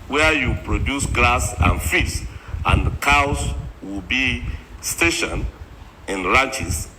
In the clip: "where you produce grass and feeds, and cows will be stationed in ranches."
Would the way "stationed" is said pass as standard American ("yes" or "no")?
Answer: no